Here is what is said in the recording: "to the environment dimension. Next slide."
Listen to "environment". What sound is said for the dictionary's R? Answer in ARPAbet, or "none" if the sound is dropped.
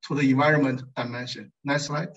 R